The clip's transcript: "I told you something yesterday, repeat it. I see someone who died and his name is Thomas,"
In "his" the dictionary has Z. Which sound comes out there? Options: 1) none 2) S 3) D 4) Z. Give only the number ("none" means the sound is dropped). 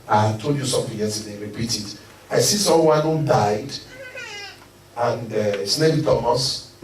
2